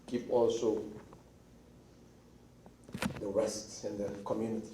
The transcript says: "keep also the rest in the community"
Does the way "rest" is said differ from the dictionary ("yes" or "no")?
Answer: yes